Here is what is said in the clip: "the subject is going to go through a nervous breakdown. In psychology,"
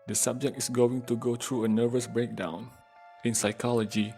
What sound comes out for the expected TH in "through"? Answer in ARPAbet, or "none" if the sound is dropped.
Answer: T